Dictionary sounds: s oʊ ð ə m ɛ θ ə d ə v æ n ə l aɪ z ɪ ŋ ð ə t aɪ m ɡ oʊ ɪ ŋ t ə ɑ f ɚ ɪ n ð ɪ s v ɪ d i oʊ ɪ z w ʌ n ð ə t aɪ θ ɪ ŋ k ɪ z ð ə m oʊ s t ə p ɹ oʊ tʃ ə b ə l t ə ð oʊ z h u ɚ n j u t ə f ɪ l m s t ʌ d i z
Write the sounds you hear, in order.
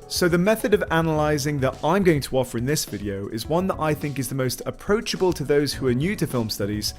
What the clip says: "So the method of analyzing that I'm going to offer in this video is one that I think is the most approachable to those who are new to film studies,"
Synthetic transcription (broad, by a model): s oʊ ð ə m ɛ θ ə d ə v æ n ə l aɪ z ɪ ŋ ð ə t aɪ m ɡ oʊ ɪ ŋ t ə ɑ f ɚ ɪ n ð ɪ s v ɪ d i oʊ ɪ z w ʌ n ð ə t aɪ θ ɪ ŋ k ɪ z ð ə m oʊ s t ə p ɹ oʊ tʃ ə b ə l t ə ð oʊ z h u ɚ n j u t ə f ɪ l m s t ʌ d i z